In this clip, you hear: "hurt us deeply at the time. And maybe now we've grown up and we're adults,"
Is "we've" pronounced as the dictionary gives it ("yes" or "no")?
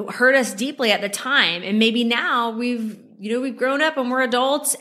yes